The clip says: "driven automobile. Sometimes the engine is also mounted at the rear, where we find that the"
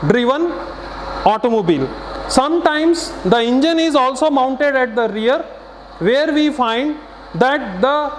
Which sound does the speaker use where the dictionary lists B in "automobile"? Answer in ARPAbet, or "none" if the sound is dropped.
B